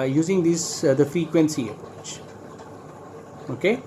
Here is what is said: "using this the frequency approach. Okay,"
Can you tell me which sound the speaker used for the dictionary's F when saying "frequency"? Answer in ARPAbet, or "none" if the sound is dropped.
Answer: F